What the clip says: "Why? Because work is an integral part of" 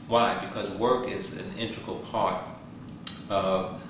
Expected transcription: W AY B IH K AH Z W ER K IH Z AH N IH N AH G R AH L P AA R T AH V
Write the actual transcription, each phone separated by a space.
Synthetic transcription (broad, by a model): W AY B IH K AH Z W ER K IH Z AH N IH N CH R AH L P AA R T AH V